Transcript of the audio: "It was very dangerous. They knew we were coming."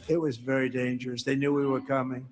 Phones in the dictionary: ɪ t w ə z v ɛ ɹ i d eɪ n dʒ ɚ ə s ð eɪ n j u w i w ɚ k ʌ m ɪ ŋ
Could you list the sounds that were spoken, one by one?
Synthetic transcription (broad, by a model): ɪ t w ə z v ɛ ɹ i d eɪ n dʒ ɚ ə s ð eɪ n j u w i w ɚ k ʌ m ɪ ŋ